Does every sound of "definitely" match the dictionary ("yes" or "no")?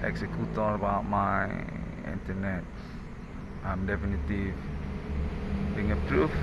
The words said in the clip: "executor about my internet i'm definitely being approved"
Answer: no